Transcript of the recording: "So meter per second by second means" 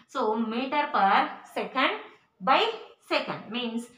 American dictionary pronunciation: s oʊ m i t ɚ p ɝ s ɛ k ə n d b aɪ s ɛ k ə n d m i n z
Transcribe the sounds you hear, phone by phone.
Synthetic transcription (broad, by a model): s oʊ m i t ɚ p ɝ s ɛ k ə n d b aɪ s ɛ k ə n d m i n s